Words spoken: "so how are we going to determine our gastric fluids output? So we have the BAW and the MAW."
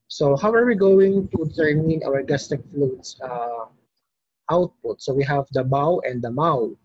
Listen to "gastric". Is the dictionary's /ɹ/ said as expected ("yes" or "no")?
no